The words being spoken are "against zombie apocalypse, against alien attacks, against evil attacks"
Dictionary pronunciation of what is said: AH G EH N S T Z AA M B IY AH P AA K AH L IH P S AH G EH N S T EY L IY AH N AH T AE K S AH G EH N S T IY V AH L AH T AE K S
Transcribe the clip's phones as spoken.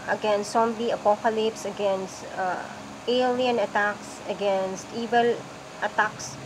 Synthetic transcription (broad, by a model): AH G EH N S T S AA M B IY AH P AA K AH L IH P S AH G EH N S T EY L IY AH N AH T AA K S AH G EH N S T IY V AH L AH T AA K S